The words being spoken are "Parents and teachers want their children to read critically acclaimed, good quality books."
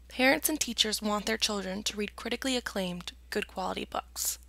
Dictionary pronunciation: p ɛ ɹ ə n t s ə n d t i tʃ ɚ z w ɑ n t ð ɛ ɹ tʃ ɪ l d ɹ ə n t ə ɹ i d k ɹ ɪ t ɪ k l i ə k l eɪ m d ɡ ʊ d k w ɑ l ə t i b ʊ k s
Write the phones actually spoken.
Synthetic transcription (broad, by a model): p ɛ ɹ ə n t s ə n t i tʃ ɚ z w ɑ n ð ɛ ɹ tʃ ɪ l d ɹ ə n t ə ɹ i d k ɹ ɪ t ɪ k l i ə k l eɪ m d ɡ ʊ d k w ɑ l ə t i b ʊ k s